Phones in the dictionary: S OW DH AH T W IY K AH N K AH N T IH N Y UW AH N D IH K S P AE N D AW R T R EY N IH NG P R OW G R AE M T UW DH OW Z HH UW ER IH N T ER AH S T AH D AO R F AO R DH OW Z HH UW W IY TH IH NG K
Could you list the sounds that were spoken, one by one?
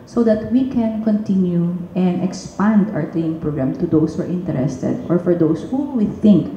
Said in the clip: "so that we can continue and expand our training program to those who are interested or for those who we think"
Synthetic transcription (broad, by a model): S OW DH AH T W IY K AH N K AH N T IH N Y UW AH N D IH K S P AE N D AW R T L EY IH NG P R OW G R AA M T UW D OW S HH UW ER IH N T ER AH S T AH D AO R F AO R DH OW S HH UW W IY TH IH NG K